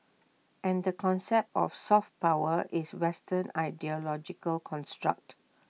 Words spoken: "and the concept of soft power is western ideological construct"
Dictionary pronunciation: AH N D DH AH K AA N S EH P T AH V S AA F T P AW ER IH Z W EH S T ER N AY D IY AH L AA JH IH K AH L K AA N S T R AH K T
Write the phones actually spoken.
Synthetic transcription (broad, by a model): AH N D AH K AA N S EH P T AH F S AA F T P AW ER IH S W EH S T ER N AY D IY AH L AA JH IH K AH L K AA N S T R AH K T